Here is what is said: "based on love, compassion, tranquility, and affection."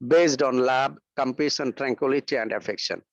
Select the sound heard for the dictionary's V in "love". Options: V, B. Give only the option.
B